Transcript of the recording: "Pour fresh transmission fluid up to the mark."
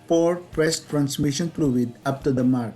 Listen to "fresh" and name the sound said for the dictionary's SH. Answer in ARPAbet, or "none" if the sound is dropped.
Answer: S